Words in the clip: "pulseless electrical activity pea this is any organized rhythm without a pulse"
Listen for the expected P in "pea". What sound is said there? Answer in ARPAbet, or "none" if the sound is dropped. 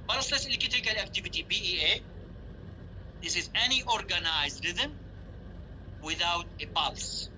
B